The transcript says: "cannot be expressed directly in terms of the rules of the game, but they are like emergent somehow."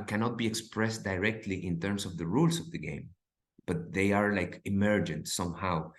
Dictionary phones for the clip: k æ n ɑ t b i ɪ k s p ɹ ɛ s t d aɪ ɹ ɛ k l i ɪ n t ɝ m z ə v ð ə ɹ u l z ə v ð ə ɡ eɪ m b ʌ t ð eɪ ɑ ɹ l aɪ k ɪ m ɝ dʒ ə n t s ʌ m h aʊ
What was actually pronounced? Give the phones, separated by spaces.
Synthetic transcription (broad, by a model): k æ n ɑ t b i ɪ k s p ɹ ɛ s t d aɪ ɹ ɛ k l i ɪ n t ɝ m s ə v ð ə ɹ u l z ə v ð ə ɡ eɪ m b ʌ t ð eɪ ɑ ɹ l aɪ k ɪ m ɝ dʒ ə n t s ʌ m h aʊ